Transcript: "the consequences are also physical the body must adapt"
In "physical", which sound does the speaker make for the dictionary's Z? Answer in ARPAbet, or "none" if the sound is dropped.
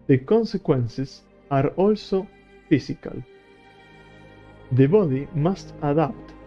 S